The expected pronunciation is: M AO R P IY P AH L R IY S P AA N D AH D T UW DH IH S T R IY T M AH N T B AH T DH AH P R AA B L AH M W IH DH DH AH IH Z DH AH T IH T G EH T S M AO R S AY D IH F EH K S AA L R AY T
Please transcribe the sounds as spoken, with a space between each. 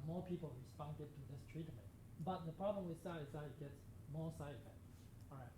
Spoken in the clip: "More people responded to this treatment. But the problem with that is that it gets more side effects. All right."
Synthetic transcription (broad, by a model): M AO P IY P AH L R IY S P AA N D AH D T UW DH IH S T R IY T M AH N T B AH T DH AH P R AA B L AH M W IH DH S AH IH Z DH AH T IH T G EH T S M AO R S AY IH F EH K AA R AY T